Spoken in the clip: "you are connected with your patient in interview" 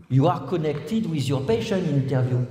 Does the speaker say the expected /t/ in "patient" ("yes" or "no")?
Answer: no